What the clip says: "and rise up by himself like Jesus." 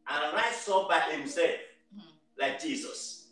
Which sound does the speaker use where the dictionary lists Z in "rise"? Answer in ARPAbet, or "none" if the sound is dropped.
S